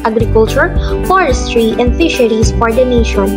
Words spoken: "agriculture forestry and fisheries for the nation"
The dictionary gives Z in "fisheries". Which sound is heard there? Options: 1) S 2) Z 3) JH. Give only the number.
1